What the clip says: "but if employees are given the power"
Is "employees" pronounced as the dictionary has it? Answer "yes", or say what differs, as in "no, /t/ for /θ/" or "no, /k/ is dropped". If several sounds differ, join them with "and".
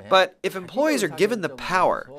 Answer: yes